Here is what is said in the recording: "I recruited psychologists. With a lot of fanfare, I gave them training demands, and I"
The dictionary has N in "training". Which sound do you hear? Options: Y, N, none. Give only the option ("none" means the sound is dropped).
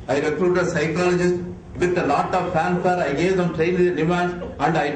none